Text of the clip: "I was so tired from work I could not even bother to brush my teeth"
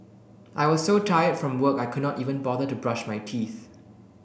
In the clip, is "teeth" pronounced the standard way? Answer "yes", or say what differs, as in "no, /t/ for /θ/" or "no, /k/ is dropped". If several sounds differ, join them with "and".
yes